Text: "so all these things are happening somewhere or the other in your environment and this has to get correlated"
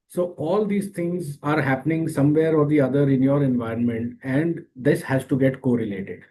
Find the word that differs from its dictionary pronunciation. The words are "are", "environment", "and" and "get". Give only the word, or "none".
none